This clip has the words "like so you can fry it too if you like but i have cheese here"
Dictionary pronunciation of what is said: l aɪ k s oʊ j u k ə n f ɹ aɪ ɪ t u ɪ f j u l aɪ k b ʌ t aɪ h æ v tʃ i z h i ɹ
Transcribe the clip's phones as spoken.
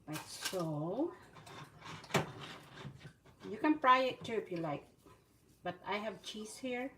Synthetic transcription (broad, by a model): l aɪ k s oʊ j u k ə n p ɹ aɪ ɪ t u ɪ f j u l aɪ k b ʌ t aɪ h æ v tʃ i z h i ɹ